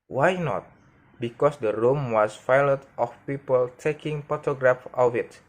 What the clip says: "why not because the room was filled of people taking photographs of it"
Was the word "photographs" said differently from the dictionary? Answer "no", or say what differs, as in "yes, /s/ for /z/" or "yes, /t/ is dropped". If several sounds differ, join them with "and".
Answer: yes, /s/ is dropped